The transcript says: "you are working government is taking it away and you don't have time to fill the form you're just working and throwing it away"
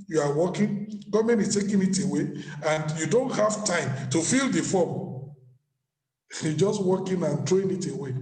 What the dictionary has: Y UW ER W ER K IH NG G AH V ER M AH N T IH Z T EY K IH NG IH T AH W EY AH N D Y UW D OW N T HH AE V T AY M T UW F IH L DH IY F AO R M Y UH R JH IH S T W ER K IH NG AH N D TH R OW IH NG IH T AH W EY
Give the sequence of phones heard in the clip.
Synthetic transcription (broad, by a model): Y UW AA W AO K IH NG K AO M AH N IH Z T EY K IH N IH T AH W EY AH N D Y UW D OW N T HH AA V T AY M T UW F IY L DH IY F AO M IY JH IH S T W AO K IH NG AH N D R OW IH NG IH T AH W EY